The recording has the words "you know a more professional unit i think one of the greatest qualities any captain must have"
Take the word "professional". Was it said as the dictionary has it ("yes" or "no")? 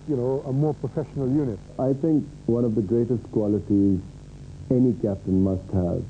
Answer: yes